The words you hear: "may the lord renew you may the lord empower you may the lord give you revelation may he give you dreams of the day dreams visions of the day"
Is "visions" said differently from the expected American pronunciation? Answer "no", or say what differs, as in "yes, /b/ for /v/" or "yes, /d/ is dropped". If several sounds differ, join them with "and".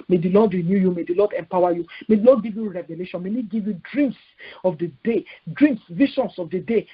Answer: yes, /ʃ/ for /ʒ/ and /s/ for /z/